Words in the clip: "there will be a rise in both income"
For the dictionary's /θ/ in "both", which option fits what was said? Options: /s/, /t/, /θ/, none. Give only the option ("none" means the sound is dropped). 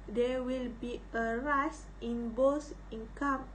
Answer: /s/